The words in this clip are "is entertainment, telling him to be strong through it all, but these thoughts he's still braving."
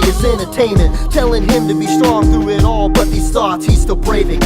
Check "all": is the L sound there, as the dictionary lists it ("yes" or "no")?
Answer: yes